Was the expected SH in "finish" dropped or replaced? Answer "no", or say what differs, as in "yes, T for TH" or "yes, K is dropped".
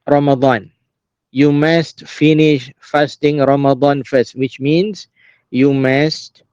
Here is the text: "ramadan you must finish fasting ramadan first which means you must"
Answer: no